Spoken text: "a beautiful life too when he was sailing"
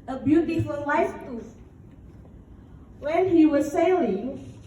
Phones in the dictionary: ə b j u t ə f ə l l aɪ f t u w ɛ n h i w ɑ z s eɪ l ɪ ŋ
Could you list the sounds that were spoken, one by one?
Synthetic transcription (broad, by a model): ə b j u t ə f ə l w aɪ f t u w ɛ n h i w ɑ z s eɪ l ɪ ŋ